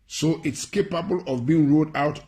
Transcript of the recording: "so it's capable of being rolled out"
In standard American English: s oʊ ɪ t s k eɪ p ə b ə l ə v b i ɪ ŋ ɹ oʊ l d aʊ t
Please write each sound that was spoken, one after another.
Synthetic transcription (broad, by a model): s oʊ ɪ t s k eɪ p ə b ə l ə v b i ɪ ŋ ɹ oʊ d aʊ t